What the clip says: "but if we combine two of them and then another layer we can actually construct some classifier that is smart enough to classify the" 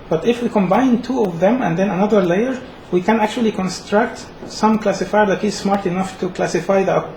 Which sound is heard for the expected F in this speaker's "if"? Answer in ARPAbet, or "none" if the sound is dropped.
F